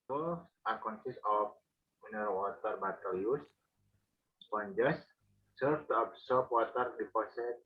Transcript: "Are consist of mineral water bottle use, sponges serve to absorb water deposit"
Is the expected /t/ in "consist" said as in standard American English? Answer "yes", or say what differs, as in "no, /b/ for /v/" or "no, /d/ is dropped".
no, /t/ is dropped